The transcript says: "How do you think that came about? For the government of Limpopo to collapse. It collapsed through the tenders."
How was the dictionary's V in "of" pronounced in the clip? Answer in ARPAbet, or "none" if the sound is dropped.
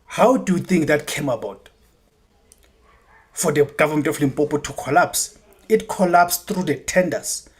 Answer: F